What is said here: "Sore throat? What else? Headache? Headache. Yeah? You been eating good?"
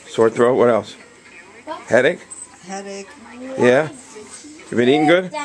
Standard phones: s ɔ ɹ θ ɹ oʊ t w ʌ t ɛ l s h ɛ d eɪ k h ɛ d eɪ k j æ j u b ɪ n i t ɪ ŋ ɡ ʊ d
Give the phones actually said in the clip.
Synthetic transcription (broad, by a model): s ɔ ɹ θ ɹ oʊ t w ʌ t ɛ l s h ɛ d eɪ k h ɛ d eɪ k j æ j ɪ b ɪ n i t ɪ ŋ ɡ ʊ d